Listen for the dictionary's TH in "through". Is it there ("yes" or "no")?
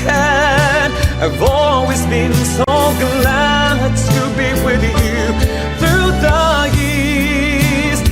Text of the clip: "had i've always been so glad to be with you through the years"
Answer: yes